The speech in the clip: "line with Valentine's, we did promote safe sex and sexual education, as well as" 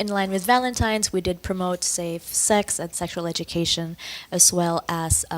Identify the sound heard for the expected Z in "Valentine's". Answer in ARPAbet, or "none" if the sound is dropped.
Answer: Z